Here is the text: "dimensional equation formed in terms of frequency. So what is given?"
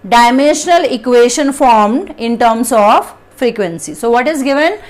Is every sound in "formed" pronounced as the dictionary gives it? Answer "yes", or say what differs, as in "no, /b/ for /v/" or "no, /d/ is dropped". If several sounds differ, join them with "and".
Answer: yes